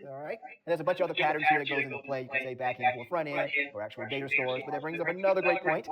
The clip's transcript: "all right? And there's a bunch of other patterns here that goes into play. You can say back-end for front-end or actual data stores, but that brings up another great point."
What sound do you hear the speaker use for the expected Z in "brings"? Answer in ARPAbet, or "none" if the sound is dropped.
Z